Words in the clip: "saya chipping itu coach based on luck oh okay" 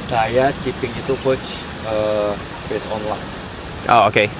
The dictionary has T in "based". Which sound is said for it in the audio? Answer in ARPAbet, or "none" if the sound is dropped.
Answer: none